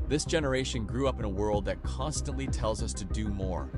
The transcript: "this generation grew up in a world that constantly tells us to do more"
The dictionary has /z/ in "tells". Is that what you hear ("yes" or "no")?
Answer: yes